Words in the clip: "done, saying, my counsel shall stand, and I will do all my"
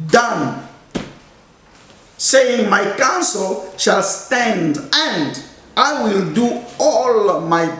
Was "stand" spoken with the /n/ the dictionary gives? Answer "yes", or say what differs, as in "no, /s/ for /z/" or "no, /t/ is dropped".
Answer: yes